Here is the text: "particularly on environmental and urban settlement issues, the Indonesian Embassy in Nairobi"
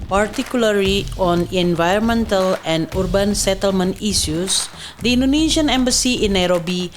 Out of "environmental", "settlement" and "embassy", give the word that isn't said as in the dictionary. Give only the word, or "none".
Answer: none